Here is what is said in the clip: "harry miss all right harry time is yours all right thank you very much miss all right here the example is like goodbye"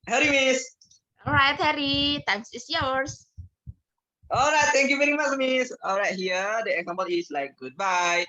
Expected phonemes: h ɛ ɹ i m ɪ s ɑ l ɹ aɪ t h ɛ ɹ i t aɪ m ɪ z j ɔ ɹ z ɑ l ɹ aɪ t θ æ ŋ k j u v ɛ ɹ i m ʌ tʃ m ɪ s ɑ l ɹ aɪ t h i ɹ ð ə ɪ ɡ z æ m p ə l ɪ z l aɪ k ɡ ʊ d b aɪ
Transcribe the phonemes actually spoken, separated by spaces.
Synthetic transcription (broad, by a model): h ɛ ɹ i m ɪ s ɑ l ɹ aɪ t h ɛ ɹ i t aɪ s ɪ s j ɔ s ɑ l ɹ aɪ t t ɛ ŋ k j u v ɛ ɹ i m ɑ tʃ m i s ɑ l ɹ aɪ t h i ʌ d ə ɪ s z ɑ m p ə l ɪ s l aɪ k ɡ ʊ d b aɪ